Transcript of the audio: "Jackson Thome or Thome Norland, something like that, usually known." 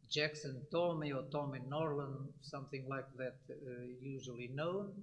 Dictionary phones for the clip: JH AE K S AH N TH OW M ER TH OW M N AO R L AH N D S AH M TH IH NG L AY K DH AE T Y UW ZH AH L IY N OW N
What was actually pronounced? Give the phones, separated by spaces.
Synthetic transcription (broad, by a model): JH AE K S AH N T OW M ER T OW M N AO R L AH N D S AH M TH IH NG L AY K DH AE T Y UW ZH AH L IY N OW N